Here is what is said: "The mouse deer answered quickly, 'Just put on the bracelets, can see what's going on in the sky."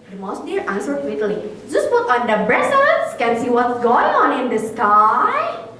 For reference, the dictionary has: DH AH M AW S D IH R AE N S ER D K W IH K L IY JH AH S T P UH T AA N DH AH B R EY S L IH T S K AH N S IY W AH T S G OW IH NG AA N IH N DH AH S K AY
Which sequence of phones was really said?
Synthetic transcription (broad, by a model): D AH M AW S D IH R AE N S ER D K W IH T L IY JH AH S T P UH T AA N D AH B R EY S IH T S K AH N S IY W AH T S G OW IH NG AA N IH N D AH S K AY